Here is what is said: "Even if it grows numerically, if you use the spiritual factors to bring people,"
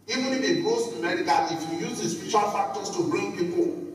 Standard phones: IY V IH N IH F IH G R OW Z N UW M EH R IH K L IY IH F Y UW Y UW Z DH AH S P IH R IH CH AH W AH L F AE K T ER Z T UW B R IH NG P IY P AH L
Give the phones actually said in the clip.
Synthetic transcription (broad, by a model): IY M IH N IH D IH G OW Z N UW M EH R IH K IY IH F Y UW Y UW Z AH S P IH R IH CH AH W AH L F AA K T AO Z T UW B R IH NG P IY P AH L